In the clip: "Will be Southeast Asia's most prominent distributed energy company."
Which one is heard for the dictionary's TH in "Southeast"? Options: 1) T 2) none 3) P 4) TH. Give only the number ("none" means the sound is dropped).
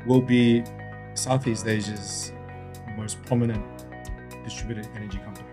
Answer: 4